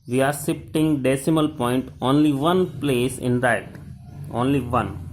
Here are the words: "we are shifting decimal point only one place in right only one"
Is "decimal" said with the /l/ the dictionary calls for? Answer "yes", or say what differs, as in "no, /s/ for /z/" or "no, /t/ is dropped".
yes